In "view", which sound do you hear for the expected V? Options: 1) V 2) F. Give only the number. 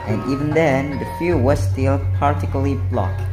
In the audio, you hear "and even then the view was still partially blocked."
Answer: 2